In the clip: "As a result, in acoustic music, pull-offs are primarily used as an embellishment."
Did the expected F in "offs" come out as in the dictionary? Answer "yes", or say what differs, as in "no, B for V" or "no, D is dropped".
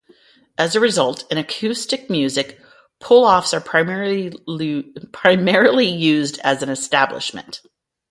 yes